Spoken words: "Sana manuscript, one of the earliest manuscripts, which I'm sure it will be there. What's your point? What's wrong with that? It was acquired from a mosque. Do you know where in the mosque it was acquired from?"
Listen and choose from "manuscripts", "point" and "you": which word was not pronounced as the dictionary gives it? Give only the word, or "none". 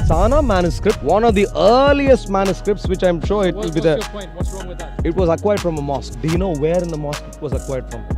point